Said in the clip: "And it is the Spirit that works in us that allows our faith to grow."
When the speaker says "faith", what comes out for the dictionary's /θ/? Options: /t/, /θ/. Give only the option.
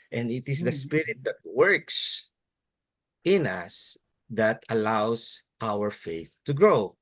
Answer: /θ/